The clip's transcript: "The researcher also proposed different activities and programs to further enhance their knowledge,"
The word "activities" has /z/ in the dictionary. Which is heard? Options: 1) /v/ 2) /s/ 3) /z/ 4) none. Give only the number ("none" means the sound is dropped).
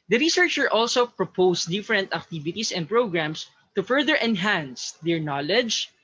2